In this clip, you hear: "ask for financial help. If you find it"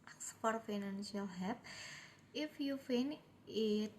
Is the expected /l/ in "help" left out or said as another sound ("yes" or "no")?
yes